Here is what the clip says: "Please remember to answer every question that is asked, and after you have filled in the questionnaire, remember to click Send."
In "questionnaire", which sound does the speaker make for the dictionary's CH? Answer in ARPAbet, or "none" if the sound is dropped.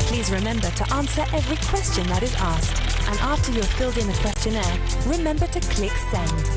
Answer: CH